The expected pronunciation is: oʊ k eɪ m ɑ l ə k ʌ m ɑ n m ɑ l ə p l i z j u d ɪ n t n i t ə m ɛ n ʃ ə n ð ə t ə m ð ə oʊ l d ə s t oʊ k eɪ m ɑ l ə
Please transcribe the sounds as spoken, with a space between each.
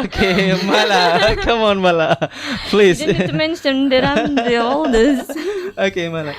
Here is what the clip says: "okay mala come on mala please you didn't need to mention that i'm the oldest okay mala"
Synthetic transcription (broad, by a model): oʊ k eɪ m ɑ l ə k ʌ m ɑ n m ɑ l ə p l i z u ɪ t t m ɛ n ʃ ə n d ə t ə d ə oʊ l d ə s oʊ k eɪ m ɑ l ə